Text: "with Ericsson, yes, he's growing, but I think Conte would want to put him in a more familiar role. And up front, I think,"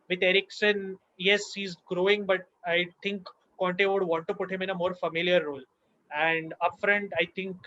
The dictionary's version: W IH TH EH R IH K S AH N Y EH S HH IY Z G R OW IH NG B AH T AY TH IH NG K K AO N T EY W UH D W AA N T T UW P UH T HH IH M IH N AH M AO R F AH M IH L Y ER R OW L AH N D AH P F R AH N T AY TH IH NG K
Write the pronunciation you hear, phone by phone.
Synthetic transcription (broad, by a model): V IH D EH R IH K S AH N Y EH S HH IY Z G R OW IH NG B AH T AY T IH NG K K AO N T EY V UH D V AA N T T UW P UH T HH IH M IH N AH M AO R F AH M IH L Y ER R OW L AH N D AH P F R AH N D AY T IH NG K